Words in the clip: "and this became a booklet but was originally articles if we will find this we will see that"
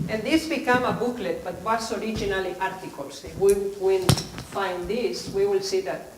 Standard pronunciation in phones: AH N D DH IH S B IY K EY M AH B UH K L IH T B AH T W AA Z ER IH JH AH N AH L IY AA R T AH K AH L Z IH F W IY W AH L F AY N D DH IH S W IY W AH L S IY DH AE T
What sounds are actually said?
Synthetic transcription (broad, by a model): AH N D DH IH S B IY K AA M AH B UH K L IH T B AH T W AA S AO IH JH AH N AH L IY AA R T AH K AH L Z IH W IY W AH N F AY N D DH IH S W IY W AH L S IY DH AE T